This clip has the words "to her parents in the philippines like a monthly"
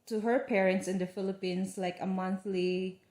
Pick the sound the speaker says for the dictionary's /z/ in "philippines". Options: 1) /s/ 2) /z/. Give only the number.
1